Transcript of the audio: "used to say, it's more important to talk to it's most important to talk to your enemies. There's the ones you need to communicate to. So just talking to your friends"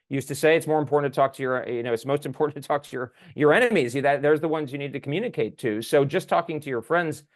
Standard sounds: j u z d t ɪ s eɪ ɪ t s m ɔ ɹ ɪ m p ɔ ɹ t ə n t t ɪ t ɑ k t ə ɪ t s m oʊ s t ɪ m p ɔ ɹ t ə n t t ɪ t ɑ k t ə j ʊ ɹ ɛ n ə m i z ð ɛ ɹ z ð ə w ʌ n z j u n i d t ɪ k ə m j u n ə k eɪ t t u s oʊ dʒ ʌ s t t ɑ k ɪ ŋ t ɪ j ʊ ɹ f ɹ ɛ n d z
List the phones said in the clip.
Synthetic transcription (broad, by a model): j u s t ɪ s eɪ ɪ t s m ɔ ɹ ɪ m p ɔ ɹ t n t t ɪ t ɑ k t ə ɪ t s m oʊ s t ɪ m p ɔ ɹ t n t t ɪ t ɑ k t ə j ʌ ɹ ɛ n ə m i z ð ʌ ɹ z ð ə w ʌ n z j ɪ n i d t ɪ k m j u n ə k eɪ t t u s oʊ dʒ ʌ s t t ɑ k ɪ ŋ t ɪ j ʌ ɹ f ɹ ɛ n d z